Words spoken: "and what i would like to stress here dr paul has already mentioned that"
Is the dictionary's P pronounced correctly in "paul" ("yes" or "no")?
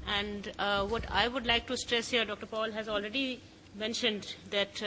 yes